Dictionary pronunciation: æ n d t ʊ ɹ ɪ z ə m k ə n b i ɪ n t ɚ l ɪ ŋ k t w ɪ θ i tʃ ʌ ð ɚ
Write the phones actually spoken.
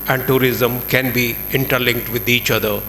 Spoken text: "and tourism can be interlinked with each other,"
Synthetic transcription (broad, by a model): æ n d t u ɹ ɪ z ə m k ə n b i ɪ n t ɚ l ɪ ŋ k t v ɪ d i tʃ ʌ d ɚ